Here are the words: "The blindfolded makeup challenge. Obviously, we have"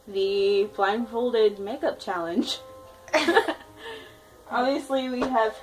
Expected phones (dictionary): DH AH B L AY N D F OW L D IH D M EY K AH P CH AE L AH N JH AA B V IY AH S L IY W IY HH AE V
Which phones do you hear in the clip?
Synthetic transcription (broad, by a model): DH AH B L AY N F OW L D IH D M EY K AH P CH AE L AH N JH AA B V IY AH S L IY W IY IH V